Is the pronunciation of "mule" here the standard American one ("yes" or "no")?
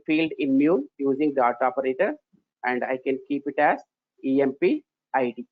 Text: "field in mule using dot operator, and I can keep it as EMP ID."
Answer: no